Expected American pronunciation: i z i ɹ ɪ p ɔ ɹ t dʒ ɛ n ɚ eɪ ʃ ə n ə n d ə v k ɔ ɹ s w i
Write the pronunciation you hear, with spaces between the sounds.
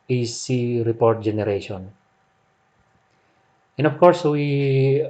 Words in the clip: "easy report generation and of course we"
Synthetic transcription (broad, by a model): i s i ɹ ɪ p ɔ ɹ t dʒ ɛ n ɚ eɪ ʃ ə n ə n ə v k ɔ ɹ s w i